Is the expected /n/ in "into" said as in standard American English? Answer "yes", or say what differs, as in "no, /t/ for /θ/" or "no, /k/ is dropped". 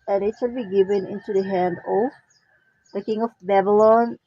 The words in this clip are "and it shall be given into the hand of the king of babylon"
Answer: yes